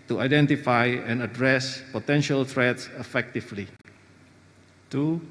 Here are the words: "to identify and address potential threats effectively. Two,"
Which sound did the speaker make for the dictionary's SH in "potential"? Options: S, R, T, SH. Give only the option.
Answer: SH